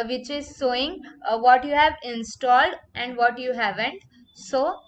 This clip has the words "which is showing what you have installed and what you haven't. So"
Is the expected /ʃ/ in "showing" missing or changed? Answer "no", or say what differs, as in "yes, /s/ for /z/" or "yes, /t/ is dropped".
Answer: yes, /s/ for /ʃ/